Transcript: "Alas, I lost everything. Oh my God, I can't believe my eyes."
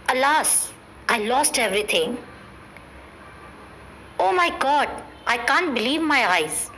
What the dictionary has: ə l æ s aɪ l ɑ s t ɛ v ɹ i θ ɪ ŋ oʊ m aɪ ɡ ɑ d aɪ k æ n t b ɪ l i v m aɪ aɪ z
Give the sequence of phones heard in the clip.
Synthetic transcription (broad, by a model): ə l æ s aɪ l ɑ s t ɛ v ɹ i t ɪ ŋ oʊ m aɪ ɡ ɑ d aɪ k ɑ n t b ɪ l i v m aɪ aɪ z